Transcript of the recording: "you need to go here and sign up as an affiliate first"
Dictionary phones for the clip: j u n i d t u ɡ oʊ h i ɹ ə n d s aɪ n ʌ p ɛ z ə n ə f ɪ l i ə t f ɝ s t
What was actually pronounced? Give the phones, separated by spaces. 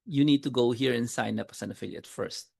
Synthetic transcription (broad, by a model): j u n i d t u ɡ oʊ h i ɹ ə n s aɪ n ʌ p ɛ s ə n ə f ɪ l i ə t f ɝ s t